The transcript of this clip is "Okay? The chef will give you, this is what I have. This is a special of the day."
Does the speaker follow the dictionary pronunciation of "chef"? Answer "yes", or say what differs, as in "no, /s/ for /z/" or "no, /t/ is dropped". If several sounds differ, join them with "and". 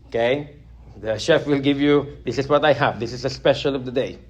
yes